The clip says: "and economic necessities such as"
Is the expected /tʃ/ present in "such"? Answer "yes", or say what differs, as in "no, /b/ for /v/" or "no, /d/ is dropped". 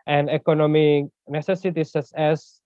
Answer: no, /s/ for /tʃ/